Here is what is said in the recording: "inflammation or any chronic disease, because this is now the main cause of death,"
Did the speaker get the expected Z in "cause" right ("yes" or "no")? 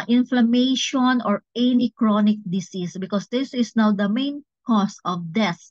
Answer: no